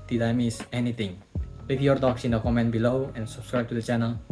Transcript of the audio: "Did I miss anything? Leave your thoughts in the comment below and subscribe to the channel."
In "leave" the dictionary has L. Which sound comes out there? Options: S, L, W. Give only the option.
W